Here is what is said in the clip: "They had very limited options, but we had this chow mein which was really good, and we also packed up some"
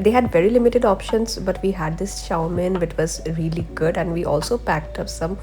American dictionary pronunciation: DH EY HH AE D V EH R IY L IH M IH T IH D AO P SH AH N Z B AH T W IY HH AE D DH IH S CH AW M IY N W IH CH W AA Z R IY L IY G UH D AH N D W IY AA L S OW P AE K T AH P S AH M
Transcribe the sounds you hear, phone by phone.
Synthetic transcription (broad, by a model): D EY HH AE D V EH R IY L IH M IH T IH D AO P SH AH N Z B AH T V IY HH AE D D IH S SH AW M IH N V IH CH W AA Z R IY L IY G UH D AH N D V IY AA L S OW P AE K T AH P S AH M